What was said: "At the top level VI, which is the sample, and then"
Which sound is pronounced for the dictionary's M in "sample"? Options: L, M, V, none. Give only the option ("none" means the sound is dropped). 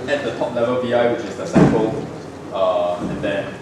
none